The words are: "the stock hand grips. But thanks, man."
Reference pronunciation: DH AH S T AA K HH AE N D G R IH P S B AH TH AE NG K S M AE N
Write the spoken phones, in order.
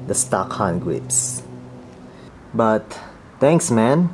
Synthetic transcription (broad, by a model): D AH S T AA K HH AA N G R IH P S B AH T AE NG K S M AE N